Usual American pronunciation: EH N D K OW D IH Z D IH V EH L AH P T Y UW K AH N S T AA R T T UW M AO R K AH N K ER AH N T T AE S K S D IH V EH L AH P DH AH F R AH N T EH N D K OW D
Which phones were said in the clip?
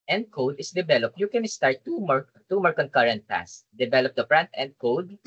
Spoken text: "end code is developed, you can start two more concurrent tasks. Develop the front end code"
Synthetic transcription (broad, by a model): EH N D K OW D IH S D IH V EH L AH P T Y UW K AH N S T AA R T T UW M AO R K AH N K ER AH N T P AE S S D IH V EH L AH P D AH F R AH N T EH N D K OW D